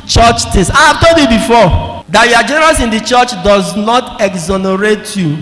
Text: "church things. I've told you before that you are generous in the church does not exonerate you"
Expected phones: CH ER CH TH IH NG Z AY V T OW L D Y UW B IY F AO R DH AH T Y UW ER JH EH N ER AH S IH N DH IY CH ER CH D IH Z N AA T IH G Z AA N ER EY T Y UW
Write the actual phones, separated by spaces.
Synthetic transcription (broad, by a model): CH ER CH T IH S AY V T OW L D Y UW B IY F AO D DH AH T Y UW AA JH EH N ER AH S IH N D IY CH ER CH D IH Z N AA T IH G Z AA N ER EY T Y UW